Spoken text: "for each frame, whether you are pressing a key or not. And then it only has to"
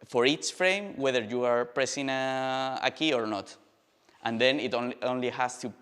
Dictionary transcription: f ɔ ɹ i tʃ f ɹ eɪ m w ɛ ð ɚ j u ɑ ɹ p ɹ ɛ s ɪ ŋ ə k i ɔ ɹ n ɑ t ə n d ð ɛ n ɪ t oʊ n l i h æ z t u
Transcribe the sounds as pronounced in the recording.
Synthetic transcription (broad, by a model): f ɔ ɹ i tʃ f ɹ eɪ m w ɛ ð ɚ j u ɑ ɹ p ɹ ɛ s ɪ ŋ ə k i ɔ ɹ n ɑ t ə n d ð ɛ n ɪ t oʊ n l i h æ s t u